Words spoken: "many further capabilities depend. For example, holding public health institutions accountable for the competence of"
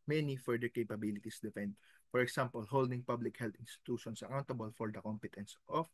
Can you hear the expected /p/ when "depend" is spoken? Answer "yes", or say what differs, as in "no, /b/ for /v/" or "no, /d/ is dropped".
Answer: no, /f/ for /p/